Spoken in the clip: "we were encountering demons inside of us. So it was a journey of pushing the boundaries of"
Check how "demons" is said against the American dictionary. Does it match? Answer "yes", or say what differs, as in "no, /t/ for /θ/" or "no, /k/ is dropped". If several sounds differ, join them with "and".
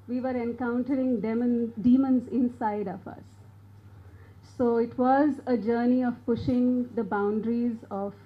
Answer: yes